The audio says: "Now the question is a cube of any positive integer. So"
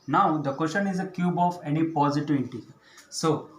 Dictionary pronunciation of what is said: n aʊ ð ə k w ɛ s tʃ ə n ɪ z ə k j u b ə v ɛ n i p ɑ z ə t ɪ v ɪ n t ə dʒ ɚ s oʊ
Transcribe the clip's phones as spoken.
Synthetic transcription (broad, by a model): n aʊ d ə k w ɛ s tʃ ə n ɪ z ə k j u b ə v ɛ n i p ɑ z ə t ɪ v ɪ t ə s oʊ